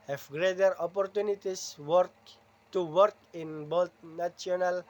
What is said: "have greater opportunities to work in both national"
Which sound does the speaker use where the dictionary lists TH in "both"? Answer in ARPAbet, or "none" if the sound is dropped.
T